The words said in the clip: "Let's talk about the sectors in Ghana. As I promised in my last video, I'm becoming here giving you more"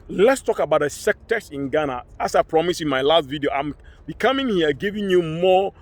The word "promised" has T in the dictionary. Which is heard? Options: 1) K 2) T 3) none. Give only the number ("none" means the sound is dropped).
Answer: 3